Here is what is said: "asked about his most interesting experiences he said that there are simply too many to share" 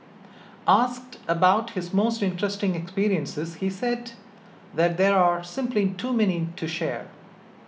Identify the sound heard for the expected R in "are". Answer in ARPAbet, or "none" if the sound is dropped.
R